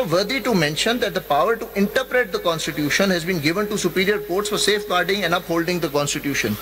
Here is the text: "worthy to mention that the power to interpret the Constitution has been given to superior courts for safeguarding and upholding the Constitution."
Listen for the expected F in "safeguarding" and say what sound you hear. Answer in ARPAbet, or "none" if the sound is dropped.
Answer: F